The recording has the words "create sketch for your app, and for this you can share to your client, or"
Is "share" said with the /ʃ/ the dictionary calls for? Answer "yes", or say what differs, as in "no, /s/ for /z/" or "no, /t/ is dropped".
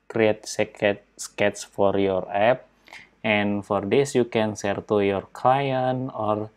no, /s/ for /ʃ/